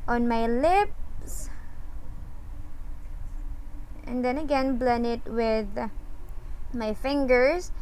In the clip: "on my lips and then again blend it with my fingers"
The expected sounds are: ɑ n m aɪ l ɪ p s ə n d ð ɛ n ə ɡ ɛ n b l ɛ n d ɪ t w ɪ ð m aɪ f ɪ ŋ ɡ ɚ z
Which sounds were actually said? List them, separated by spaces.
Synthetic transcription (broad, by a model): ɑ n m aɪ l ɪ p s ə n d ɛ n ə ɡ ɛ n b l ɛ n ɪ t w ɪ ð m aɪ f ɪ ŋ ɡ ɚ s